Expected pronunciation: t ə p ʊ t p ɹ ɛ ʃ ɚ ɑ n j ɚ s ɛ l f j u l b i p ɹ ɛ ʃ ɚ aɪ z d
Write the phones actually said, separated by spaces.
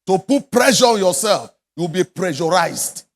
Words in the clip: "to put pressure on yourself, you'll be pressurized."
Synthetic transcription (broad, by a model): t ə p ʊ t p ɹ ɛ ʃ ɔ ɑ n j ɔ s ɛ l f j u w b i p ɹ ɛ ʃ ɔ aɪ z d